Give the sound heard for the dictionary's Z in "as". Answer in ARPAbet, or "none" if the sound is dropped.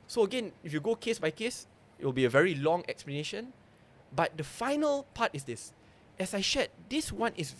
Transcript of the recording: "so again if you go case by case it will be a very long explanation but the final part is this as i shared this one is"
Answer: S